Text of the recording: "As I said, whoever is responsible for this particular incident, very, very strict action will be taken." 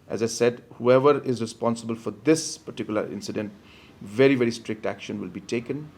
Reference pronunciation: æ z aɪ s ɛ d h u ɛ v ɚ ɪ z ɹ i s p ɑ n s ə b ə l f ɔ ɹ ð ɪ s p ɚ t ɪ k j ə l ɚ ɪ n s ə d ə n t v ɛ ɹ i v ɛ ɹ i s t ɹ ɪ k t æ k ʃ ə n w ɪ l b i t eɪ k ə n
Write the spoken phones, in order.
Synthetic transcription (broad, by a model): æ z aɪ s ɛ d h u ɛ v ɚ ɪ z ɹ i s p ɑ n s ə b ə l f ɔ ɹ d ɪ s p ɚ t ɪ k j ə l ɚ ɪ n s ə d ə n t v ɛ ɹ i v ɛ ɹ i s t ɹ ɪ k t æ k ʃ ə n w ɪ l b i t eɪ k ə n